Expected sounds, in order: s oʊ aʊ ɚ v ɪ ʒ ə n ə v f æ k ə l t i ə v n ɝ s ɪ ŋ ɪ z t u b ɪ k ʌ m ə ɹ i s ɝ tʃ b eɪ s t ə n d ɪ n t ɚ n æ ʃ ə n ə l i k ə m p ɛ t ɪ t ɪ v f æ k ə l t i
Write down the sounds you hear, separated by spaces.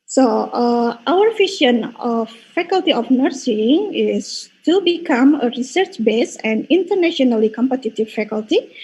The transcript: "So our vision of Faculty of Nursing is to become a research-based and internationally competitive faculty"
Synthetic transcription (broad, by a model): s oʊ aʊ ɚ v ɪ ʃ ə n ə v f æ k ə l t i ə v n ɝ s ɪ ŋ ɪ s t u b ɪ k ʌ m ə ɹ i s ɝ tʃ b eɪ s ə n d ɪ n t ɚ n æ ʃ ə n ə l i k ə m p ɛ t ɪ t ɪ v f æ k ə l t i